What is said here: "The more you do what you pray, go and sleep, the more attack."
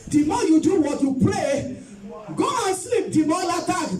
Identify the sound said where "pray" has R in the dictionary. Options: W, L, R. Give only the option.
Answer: L